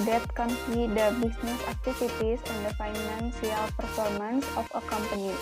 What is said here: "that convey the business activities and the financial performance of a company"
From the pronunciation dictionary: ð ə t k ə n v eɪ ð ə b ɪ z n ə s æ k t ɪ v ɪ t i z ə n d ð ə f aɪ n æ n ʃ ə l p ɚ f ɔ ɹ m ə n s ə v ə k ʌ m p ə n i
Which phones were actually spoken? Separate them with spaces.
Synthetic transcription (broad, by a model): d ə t k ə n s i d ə b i s n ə s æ k t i f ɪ t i s ə n d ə f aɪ n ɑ n s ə l p ɚ f ɔ ɹ m ə n s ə f ə k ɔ m p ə n i